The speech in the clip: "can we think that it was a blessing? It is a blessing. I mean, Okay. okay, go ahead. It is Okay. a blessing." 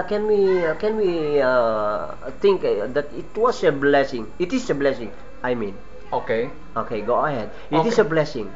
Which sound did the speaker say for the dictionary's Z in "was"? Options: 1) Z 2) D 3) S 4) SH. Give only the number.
3